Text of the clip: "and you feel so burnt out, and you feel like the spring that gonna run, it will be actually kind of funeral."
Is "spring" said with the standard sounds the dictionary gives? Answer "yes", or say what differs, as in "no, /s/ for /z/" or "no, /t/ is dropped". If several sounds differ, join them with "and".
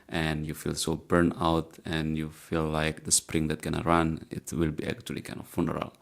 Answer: yes